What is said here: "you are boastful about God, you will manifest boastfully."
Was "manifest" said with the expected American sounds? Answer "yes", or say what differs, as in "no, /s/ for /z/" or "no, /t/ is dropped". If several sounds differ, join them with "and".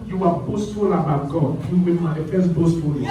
no, /n/ is dropped